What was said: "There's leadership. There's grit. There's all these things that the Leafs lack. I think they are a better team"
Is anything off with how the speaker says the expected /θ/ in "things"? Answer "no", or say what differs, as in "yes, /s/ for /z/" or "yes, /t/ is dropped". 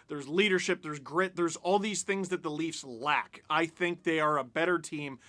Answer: no